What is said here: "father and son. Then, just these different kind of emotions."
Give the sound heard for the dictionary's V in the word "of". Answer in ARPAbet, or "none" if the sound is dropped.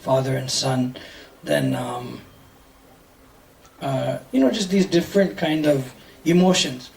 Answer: V